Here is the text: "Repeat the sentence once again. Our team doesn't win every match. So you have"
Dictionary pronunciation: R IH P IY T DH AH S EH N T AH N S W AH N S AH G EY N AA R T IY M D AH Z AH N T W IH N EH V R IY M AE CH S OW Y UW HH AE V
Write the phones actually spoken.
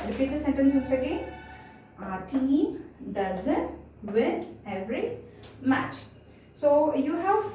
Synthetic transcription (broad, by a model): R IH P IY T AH S EH N T AH N S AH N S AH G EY AA R T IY D AH Z AH N T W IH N EH V R IY M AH CH S OW Y UW HH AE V